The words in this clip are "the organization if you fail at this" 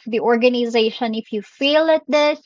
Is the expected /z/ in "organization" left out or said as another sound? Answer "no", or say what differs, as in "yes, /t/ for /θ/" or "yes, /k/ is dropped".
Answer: no